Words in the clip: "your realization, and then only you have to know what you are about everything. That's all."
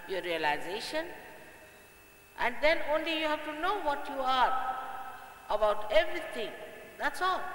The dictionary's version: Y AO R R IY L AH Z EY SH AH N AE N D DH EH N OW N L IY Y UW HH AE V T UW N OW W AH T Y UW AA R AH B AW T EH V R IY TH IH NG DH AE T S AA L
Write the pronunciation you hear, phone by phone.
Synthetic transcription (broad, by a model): Y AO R R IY L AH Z EY SH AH N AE N D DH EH N OW N L IY Y UW HH AE V T UW N OW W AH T Y UW AA R AH B AW T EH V R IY T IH NG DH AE T S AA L